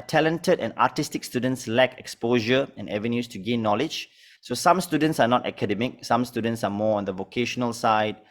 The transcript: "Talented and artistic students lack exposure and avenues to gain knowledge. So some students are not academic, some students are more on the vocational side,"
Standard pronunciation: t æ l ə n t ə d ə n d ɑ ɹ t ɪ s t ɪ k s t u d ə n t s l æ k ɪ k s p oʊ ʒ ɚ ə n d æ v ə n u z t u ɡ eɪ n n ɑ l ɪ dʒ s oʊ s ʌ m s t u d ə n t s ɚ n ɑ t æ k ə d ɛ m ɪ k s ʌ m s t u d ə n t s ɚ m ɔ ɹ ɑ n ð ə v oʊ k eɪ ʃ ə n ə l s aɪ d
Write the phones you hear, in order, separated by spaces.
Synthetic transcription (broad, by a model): t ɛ l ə n t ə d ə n ɑ t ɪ s t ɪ k s t u d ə n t s l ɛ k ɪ k s p oʊ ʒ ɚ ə n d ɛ v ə n u s t u ɡ eɪ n n ɑ l ɪ dʒ s oʊ s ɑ m s t u d ə n t s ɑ n ɑ t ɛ k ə d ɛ m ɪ k s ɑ m s t u d ə n t s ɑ m ɔ ɑ n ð ə v oʊ k eɪ ʃ ə n ə l s aɪ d